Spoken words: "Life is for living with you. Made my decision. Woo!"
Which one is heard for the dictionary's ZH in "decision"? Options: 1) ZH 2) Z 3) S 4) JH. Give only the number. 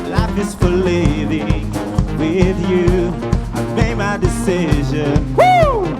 1